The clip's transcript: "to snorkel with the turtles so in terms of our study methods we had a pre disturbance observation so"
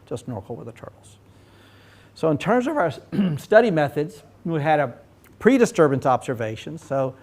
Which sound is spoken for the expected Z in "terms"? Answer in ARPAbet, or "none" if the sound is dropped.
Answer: Z